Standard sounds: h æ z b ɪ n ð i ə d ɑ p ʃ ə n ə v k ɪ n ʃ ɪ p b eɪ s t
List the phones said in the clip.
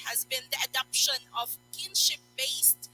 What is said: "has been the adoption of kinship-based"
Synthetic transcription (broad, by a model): h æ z b ɪ n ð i ə d ɑ p ʃ ə n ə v k ɪ n ʃ ɪ p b eɪ s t